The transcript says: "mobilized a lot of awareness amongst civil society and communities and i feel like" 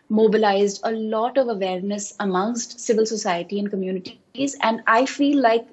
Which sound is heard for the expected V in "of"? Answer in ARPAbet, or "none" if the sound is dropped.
V